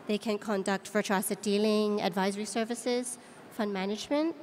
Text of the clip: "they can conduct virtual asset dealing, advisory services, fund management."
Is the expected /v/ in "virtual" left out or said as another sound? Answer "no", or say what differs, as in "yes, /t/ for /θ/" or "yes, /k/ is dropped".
yes, /f/ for /v/